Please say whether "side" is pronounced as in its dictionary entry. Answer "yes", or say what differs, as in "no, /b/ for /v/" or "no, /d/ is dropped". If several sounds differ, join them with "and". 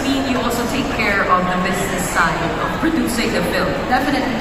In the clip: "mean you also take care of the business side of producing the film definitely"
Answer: no, /d/ is dropped